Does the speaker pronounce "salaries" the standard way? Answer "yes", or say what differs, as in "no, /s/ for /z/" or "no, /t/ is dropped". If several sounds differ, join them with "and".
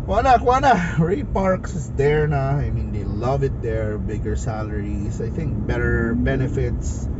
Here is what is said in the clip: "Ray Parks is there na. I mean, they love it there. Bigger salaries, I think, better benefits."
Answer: no, /s/ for /z/